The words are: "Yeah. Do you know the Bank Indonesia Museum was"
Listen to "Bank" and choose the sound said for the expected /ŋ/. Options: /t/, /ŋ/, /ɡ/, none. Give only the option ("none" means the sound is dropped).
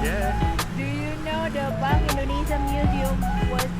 none